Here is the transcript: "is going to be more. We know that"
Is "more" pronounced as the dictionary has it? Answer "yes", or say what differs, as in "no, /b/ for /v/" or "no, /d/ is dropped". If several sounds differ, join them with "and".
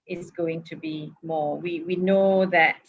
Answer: no, /w/ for /ɹ/